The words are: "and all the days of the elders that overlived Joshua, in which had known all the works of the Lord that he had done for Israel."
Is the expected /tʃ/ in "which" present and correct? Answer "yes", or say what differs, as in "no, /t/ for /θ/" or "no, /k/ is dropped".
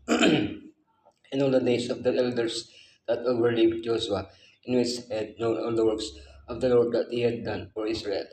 no, /s/ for /tʃ/